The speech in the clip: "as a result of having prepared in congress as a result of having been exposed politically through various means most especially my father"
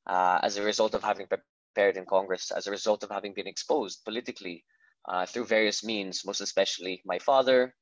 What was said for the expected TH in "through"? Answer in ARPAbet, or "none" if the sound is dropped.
TH